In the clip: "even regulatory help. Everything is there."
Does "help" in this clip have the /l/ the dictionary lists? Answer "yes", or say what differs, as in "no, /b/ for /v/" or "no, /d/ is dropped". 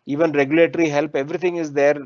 yes